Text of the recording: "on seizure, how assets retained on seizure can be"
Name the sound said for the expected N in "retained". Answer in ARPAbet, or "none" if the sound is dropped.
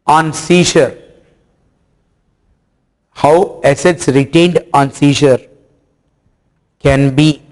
N